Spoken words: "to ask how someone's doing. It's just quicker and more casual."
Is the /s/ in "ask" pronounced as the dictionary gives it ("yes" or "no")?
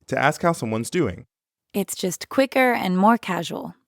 yes